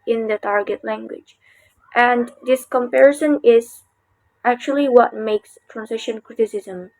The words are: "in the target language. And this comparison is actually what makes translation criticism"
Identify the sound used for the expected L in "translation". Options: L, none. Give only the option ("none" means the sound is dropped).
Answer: none